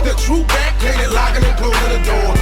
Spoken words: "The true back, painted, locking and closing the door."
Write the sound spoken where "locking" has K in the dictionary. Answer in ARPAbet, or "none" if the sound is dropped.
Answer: none